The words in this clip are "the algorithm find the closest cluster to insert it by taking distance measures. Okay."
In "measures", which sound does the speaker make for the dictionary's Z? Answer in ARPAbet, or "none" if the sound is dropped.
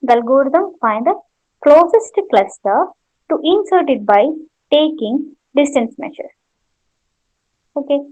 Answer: none